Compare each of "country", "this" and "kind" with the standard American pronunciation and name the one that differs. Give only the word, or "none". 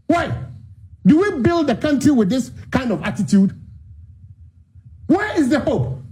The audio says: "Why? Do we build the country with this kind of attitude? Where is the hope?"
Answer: none